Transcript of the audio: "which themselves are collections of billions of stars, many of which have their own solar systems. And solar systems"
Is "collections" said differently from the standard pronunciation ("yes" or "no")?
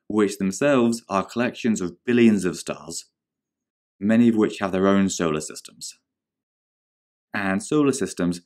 no